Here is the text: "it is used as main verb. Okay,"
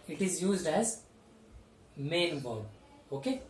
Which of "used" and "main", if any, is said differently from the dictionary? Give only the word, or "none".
none